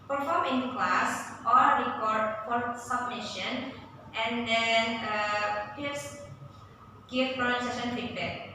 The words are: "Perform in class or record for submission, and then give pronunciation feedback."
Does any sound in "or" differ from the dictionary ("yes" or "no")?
yes